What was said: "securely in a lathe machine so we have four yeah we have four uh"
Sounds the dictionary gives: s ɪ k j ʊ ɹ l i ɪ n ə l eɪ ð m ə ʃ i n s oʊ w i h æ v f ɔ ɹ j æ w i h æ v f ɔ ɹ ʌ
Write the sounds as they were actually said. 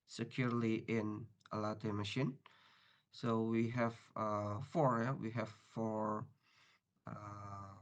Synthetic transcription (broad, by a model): s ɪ k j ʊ ɹ l i ɪ n ə l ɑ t m ə ʃ i n s oʊ w i h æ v f ɔ ɹ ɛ w i h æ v f ɔ ɹ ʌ